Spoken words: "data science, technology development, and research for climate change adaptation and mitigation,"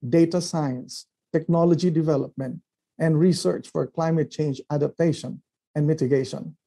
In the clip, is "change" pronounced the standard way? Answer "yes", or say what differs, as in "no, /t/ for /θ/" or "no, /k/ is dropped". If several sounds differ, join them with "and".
yes